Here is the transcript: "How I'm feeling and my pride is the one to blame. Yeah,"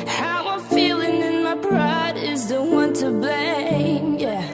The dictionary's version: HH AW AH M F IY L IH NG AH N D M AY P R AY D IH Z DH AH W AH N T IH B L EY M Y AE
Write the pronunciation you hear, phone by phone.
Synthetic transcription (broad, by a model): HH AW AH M F IY L IH NG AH N M AY B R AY D IH Z DH AH W AH N T IH B L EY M Y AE